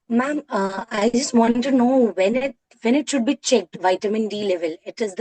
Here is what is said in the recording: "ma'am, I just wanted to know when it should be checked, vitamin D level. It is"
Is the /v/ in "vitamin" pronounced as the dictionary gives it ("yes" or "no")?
yes